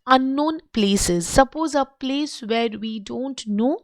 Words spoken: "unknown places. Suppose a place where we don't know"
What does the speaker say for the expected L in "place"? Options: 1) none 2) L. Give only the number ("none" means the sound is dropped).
2